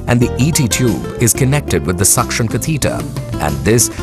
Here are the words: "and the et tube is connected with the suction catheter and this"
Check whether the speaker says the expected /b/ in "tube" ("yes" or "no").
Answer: yes